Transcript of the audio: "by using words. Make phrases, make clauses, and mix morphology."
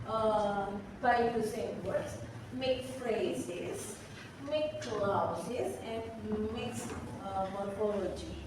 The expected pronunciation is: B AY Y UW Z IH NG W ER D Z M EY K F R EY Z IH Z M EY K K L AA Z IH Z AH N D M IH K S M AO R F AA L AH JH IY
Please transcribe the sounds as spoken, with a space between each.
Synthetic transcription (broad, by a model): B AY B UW S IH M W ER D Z M EY K F R EY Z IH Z M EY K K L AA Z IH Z AH N D M IH K S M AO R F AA L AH JH IY